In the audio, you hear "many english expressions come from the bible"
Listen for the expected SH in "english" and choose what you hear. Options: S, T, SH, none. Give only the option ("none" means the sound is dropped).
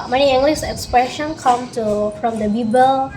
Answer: S